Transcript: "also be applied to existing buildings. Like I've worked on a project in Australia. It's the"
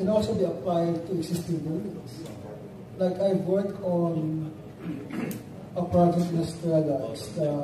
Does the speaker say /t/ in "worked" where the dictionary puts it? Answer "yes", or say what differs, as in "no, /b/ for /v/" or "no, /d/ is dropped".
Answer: no, /t/ is dropped